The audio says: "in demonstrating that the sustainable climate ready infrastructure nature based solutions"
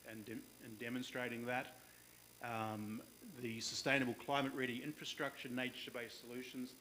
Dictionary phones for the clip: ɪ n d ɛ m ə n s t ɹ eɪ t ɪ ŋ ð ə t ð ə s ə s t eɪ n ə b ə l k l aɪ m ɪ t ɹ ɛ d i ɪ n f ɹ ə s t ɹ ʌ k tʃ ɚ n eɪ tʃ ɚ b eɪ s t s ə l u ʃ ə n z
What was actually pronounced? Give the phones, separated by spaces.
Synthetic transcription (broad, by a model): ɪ n d ɛ m ə n s t ɹ eɪ t ɪ ŋ ð ə t ð ə s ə s t eɪ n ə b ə l k l aɪ m ɪ t ɹ ɛ d i ɪ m f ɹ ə s t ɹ ʌ k tʃ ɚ n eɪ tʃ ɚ b eɪ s s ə l u ʃ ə n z